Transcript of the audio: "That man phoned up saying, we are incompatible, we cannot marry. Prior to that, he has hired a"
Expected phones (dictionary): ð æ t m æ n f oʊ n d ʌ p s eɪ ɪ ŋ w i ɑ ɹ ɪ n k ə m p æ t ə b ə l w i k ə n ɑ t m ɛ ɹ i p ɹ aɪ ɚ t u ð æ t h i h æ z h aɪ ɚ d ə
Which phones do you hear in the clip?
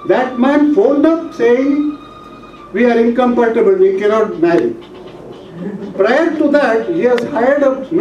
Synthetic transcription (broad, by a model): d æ t m æ n f oʊ n d ʌ p s eɪ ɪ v i ɑ ɹ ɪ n k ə m p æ t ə b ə l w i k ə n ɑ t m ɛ i p ɹ aɪ ɚ t u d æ t h i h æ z h aɪ ɚ d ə